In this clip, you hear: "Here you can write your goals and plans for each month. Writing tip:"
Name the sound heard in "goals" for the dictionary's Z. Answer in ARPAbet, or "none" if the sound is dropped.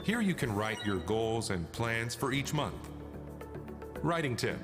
Z